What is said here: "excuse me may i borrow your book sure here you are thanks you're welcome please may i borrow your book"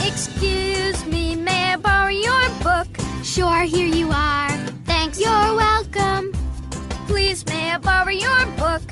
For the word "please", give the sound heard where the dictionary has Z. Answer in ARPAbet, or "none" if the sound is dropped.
Z